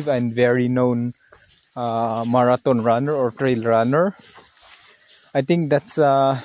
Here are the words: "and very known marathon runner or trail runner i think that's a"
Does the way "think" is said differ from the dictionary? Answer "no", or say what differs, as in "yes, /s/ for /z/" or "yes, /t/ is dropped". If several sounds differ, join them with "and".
yes, /t/ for /θ/